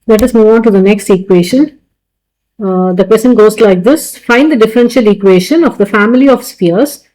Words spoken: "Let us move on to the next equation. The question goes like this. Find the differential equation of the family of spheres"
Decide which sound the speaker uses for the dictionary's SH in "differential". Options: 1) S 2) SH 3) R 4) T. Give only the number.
2